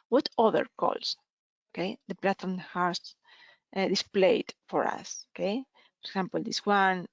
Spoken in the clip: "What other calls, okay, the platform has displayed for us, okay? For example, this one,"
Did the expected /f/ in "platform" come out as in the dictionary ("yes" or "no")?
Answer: no